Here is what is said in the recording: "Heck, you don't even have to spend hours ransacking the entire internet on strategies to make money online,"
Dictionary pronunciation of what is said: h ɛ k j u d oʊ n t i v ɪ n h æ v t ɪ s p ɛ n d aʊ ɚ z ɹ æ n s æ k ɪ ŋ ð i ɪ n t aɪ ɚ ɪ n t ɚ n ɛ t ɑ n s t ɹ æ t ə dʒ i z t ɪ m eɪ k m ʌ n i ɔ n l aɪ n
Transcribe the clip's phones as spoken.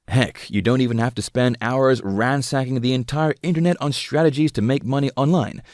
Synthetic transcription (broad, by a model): h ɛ k j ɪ d oʊ n t i v ɪ n h æ f t ɪ s p ɛ n d aʊ ɚ z ɹ æ n s æ k ɪ ŋ ð i ɪ n t aɪ ɚ ɪ n t ɚ n ɛ t n s t ɹ æ t ə dʒ i z t ɪ m eɪ k m ʌ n i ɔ n l aɪ n